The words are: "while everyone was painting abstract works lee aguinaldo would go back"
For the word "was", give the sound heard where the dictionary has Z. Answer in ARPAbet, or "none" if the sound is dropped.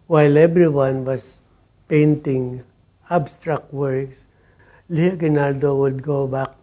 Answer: S